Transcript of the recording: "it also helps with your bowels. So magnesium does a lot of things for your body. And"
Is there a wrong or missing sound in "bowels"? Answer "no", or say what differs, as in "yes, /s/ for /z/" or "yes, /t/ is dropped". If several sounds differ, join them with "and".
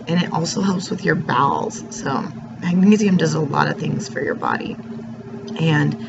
no